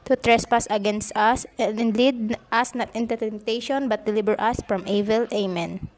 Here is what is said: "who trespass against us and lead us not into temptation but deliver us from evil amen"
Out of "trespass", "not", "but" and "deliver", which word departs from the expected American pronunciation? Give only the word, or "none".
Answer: deliver